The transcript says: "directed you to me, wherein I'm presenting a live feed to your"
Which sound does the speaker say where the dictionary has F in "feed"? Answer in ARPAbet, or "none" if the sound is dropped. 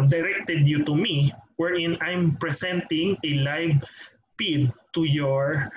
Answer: P